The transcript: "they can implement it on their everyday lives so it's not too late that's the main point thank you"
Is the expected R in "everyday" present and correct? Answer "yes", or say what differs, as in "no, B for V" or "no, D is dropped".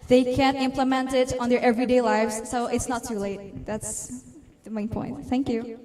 yes